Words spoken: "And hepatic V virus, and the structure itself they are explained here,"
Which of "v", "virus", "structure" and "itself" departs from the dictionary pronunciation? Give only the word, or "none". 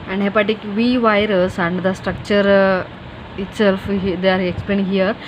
none